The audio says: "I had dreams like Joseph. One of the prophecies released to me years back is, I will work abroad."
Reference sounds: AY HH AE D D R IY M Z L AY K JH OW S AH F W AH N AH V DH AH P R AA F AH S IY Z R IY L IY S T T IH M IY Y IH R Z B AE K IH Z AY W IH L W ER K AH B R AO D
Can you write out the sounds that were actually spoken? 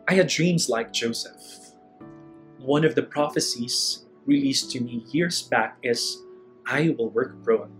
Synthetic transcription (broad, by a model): AY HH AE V D R IY M Z L AY K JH OW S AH F W AH N AH V DH AH P R AA F AH S IY Z R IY L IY S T T IH M IY Y IH R Z B AE K IH Z AY W IH L W ER K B R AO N